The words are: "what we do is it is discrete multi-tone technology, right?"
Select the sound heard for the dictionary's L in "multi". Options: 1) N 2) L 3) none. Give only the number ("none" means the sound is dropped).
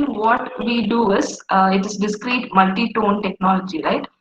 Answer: 2